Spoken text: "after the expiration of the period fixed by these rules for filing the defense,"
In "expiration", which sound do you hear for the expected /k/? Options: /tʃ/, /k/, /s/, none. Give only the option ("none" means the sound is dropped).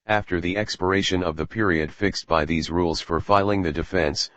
/k/